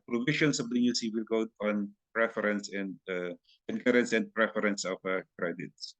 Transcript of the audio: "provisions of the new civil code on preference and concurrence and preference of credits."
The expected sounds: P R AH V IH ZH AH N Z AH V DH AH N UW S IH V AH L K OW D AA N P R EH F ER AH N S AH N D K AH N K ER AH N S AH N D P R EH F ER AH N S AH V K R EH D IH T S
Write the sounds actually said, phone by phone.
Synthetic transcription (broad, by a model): P R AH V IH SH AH N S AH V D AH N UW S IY W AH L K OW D AA N P R EH F ER AH N S AH N D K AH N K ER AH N S AH N D P R EH F ER AH N S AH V K R EH D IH T S